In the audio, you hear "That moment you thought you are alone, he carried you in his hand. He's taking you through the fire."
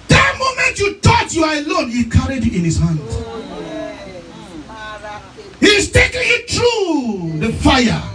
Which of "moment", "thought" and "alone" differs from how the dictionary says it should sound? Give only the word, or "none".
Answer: thought